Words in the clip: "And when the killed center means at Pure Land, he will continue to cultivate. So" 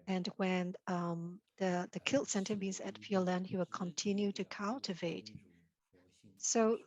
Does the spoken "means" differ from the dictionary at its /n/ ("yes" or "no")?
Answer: yes